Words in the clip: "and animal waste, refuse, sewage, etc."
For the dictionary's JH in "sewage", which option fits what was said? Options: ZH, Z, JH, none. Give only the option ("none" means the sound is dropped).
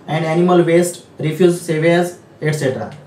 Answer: Z